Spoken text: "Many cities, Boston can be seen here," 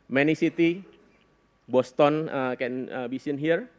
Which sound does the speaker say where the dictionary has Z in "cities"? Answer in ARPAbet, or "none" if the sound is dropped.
none